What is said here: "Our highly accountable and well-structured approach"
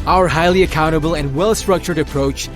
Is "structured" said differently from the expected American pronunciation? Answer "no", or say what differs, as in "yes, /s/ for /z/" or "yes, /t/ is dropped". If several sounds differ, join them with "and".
no